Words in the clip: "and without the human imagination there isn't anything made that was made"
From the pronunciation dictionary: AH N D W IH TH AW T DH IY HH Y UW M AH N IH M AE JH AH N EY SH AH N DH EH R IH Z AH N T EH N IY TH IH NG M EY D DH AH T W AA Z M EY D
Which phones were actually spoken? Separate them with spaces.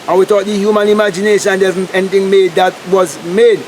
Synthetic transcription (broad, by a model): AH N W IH T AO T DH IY HH Y UW M AH N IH M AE JH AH N EY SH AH N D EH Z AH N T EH N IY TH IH NG M EY D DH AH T W AA Z M EY D